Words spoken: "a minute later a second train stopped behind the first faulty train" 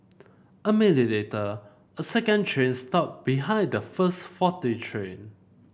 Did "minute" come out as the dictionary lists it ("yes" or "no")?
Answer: no